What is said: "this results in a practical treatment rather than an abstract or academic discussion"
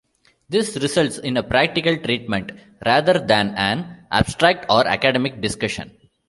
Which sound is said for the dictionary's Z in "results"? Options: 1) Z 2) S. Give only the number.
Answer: 2